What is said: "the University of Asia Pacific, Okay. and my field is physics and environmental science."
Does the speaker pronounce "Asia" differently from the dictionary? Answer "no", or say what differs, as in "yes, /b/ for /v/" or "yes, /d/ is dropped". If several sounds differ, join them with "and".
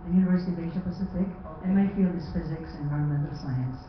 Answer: yes, /ʃ/ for /ʒ/